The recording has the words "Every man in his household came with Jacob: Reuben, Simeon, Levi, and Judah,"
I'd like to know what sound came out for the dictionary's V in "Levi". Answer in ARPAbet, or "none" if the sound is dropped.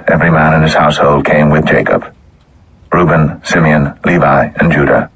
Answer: V